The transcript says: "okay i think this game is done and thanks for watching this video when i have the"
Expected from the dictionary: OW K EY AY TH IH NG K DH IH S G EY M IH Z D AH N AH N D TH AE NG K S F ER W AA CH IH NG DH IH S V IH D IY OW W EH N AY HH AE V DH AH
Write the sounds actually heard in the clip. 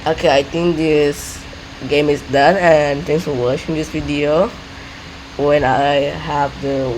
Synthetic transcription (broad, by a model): OW K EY AY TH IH NG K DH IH S G EY M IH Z D AH N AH N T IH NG S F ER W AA SH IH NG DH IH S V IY D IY OW W EH N AY HH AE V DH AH